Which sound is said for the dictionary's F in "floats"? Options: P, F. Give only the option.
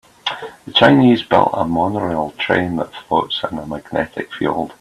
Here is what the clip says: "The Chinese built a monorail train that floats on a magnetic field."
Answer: F